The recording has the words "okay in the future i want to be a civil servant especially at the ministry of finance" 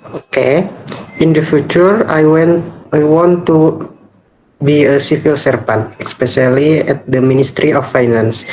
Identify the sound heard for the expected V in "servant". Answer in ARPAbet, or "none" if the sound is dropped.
P